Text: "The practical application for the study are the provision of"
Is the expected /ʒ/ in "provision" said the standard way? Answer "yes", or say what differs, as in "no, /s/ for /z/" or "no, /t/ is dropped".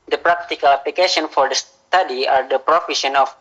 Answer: no, /ʃ/ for /ʒ/